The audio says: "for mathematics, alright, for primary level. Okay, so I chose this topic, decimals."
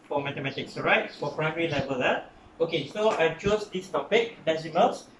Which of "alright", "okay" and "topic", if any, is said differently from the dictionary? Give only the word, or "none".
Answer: alright